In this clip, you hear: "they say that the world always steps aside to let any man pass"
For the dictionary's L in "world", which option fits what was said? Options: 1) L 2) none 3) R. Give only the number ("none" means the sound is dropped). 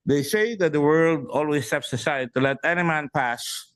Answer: 1